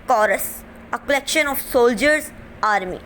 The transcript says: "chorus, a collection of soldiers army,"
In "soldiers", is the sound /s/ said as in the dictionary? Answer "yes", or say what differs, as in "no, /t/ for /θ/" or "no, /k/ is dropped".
yes